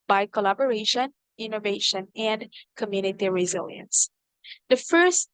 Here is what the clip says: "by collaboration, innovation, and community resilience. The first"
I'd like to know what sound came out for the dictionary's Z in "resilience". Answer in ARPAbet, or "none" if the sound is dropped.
Z